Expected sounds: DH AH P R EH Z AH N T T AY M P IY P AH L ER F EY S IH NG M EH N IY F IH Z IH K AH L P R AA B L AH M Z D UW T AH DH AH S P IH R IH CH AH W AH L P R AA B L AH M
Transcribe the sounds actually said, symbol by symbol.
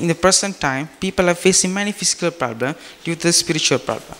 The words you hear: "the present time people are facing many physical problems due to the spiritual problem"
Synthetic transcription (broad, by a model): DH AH P R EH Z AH N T T AY M P IY P AH L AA F EY S IH NG M EH N IY F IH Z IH K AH L P R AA B L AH M D UW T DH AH S P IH R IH CH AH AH L P R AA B L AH M